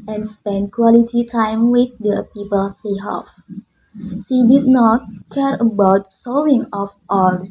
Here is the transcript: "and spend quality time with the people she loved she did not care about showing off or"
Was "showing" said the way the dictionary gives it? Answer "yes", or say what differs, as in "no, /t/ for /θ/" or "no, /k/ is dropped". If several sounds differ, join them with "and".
no, /s/ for /ʃ/